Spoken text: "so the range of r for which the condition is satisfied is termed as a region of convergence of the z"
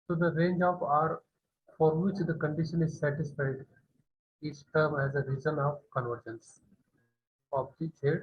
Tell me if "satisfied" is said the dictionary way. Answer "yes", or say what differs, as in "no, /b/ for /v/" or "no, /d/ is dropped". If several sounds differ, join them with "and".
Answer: yes